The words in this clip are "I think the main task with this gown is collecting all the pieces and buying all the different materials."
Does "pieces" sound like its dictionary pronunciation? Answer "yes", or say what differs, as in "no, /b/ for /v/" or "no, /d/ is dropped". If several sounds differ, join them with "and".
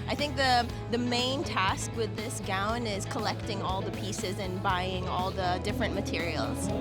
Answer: yes